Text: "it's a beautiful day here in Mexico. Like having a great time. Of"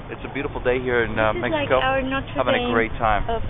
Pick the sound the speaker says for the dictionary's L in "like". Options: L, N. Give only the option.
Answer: N